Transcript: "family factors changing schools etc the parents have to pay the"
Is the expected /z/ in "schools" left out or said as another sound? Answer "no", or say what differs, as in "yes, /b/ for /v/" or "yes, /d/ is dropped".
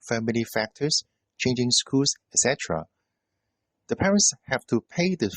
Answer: yes, /s/ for /z/